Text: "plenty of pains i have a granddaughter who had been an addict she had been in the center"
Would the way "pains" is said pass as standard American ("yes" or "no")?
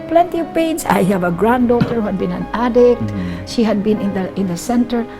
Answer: no